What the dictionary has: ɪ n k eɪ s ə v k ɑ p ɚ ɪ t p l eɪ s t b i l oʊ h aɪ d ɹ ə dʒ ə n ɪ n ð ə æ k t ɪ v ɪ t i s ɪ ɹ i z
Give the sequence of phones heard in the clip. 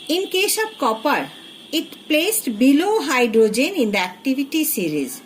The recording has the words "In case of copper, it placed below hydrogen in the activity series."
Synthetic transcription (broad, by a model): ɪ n k eɪ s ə b k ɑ p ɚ ɪ t p l eɪ s t b i l oʊ h aɪ d ɹ ə dʒ ə n ɪ n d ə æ k t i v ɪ t i s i ɹ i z